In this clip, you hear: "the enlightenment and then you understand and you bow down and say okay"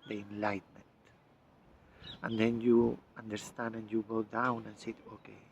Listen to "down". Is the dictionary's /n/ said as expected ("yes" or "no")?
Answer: yes